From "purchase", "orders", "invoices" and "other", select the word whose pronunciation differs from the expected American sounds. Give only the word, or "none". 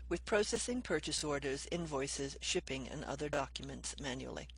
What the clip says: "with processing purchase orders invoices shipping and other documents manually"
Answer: none